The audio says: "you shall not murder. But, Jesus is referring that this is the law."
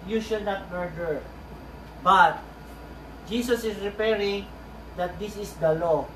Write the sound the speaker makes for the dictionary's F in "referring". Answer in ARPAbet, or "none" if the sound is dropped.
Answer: P